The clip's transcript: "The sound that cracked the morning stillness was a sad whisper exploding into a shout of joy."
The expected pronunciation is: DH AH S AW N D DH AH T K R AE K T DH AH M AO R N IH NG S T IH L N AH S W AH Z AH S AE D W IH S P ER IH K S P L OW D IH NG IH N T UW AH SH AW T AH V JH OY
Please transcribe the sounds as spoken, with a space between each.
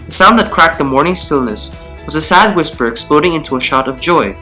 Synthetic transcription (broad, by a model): DH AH S AW N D DH AH T K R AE K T DH AH M AO R N IH NG S T IH L N AH S W AH Z AH S AE D W IH S P ER IH K S P L OW D IH NG IH N T UW AH SH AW T AH V JH OY